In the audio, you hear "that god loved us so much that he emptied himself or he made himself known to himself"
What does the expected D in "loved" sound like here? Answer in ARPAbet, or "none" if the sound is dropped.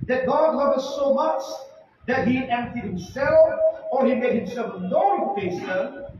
none